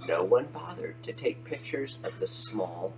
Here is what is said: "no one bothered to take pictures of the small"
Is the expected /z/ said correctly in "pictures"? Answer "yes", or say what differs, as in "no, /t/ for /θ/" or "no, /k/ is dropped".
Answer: yes